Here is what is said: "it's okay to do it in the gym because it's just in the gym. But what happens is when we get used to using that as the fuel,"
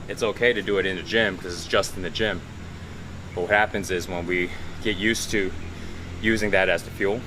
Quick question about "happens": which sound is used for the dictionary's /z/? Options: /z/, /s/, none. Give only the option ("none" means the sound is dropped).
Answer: /z/